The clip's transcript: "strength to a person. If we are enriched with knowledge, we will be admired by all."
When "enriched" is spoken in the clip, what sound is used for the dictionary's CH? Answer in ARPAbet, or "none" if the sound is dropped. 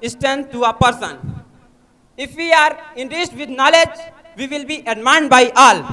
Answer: S